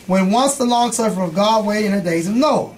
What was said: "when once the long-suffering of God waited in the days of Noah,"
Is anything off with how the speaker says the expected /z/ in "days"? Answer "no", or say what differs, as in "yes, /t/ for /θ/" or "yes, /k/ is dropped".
no